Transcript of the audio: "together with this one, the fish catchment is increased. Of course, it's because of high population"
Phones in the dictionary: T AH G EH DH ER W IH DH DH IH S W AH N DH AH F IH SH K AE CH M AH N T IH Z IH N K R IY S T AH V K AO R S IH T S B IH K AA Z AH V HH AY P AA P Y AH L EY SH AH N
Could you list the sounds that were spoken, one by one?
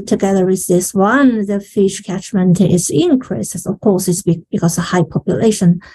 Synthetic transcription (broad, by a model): T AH G EH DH ER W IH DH DH IH S W AH N DH AH F IH SH K AE CH M AH N T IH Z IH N K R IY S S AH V K AO R S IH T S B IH K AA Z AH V HH AY P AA P Y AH L EY SH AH N